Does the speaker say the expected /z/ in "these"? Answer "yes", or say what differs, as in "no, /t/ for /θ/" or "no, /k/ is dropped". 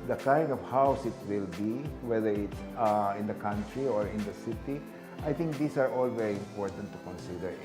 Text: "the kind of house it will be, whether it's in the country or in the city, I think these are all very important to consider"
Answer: no, /s/ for /z/